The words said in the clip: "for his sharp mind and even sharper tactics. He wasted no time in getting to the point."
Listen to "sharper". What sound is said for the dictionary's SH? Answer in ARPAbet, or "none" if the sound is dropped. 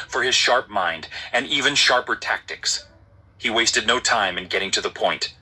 SH